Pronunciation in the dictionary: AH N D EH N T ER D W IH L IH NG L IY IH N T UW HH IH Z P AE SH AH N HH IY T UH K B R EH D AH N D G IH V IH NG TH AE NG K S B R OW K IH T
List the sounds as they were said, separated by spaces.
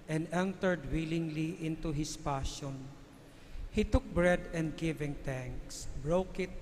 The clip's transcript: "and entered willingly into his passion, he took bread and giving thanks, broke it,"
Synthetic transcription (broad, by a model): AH N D EH N T ER D W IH L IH NG L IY IH N T UW HH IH S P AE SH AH N HH IY T UH K B R EH D AH N D G IH V IH NG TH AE NG K S B R OW K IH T